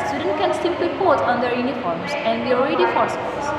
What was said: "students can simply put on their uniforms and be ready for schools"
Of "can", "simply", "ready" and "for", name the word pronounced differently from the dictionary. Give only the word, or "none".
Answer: simply